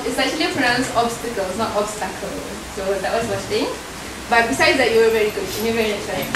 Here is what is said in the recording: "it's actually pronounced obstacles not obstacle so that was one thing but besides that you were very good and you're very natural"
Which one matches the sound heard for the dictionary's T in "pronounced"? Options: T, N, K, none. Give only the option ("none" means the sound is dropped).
none